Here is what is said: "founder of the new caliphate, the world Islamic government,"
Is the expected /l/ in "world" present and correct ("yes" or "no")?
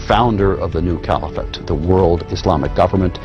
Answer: yes